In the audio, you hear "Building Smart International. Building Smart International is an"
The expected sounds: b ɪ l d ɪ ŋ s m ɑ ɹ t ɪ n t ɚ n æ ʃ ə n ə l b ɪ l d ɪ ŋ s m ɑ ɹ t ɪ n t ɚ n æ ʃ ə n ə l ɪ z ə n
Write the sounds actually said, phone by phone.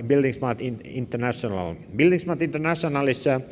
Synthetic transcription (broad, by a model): b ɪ l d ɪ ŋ s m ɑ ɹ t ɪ n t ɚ n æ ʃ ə n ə l b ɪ l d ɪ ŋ s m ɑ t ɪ n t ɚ n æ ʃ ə n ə l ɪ s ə